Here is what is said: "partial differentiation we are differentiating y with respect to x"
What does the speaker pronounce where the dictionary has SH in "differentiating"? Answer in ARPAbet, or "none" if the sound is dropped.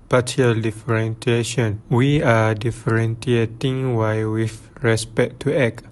S